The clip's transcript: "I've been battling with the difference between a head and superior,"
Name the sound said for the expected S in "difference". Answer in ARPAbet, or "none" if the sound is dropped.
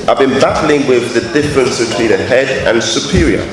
S